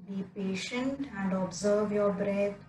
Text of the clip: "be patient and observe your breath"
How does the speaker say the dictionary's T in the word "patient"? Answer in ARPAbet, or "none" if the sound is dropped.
T